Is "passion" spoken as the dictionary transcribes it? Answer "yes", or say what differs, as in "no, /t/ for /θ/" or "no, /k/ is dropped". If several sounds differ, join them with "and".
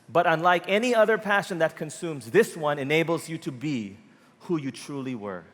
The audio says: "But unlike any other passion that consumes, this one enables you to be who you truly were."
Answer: yes